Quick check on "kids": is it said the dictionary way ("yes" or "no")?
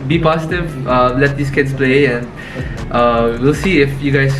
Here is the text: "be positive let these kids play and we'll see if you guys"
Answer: no